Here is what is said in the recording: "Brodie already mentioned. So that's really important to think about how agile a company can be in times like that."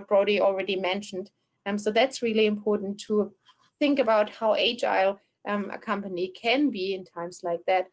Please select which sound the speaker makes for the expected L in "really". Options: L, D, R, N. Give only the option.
L